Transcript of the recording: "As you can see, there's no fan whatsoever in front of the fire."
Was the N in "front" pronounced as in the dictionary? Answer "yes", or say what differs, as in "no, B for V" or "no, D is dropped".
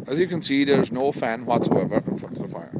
no, N is dropped